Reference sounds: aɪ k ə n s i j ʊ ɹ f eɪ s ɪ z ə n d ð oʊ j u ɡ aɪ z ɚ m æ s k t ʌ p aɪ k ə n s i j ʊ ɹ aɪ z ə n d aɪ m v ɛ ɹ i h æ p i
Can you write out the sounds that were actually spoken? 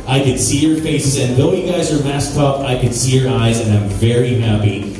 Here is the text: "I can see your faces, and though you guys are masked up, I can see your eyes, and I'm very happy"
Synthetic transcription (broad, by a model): aɪ k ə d s i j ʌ ɹ f eɪ s ɪ z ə n ð oʊ j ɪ ɡ aɪ z ɚ m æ s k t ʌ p aɪ k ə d s i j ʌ ɹ aɪ z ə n aɪ m v ɛ ɹ i h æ p i